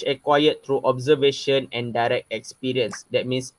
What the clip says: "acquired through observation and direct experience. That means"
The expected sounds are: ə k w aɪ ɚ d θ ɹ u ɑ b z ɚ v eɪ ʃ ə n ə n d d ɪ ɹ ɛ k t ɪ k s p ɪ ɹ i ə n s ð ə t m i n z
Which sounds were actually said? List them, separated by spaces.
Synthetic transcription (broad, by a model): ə k w aɪ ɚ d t ɹ u ɑ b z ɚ v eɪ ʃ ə n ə n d d ɪ ɹ ɛ k t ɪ k s p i ɹ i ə n s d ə t m i n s